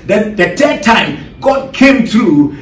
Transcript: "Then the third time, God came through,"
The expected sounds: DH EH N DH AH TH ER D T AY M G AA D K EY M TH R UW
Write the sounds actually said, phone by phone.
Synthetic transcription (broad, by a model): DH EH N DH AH T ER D T AY M G AA D K EY M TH R UW